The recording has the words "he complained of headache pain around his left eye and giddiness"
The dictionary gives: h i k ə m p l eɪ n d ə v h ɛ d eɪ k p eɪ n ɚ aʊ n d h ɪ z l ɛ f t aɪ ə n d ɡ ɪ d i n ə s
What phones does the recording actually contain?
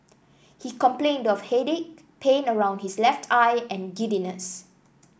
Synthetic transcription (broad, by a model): h i k ə m p l eɪ n d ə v h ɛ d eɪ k p eɪ n ɚ aʊ n d h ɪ s l ɛ f t aɪ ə n ɡ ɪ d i n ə s